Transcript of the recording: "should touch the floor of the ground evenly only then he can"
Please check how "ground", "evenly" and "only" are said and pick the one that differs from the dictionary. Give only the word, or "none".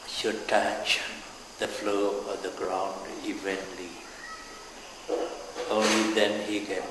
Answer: none